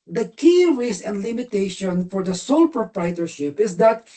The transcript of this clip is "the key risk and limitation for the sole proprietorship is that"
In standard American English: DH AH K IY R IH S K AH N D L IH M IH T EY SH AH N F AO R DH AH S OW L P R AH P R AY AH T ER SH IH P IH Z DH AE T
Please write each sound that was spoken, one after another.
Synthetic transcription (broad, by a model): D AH K IY R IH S AH N D L IH M IH T EY SH AH N F AO R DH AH S OW L P R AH P R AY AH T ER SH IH P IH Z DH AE T